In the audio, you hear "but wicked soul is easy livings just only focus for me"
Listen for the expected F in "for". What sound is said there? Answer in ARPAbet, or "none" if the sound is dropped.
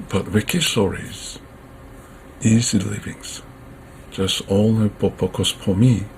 P